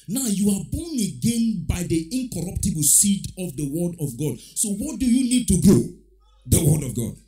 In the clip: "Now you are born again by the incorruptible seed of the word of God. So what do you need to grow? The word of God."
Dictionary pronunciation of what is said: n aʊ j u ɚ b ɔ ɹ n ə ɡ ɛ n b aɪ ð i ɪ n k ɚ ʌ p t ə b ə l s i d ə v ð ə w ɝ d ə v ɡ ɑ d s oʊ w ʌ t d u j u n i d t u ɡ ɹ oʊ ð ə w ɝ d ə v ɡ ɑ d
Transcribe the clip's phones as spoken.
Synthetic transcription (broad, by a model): n aʊ j u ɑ b ɔ n ə ɡ ɛ n b aɪ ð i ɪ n k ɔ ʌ p t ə b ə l s i d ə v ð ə w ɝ d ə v ɡ ɑ d s oʊ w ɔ t d u j u n i d t u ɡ oʊ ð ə w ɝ d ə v ɡ ɑ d